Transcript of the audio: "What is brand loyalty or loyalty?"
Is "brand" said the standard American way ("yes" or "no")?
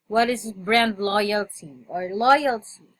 yes